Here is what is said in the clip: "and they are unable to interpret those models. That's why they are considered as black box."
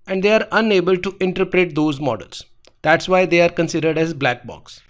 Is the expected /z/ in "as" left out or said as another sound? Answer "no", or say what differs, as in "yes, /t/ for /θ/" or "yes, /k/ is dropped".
no